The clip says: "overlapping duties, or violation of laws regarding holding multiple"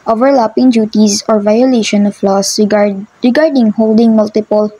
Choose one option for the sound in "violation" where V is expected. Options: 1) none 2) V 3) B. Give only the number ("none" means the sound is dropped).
2